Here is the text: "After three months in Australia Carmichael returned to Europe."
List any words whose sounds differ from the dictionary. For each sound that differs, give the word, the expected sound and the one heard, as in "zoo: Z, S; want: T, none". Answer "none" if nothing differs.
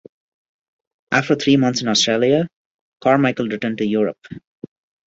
three: TH, T; months: TH, T